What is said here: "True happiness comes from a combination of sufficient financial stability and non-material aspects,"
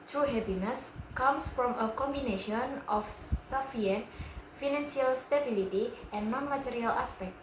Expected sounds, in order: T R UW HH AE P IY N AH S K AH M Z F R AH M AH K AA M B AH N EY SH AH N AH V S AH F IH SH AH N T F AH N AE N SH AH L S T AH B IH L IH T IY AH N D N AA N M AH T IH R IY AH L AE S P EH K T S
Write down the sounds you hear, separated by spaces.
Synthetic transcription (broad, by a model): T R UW HH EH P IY N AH S K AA M S F R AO M AH K AA M B AH N EY SH AH N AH F S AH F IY AH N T F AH N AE N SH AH L S T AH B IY L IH T IY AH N N AA N M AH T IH R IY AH L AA S P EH K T